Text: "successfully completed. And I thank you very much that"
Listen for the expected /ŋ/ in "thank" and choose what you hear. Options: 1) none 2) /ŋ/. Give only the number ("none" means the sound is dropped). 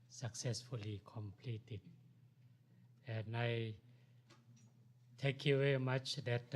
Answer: 1